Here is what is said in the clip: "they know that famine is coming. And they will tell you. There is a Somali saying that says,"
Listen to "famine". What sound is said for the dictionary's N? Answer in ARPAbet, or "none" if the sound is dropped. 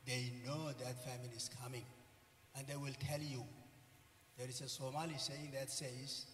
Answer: L